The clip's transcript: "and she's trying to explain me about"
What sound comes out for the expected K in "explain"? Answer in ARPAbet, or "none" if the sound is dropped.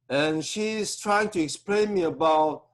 K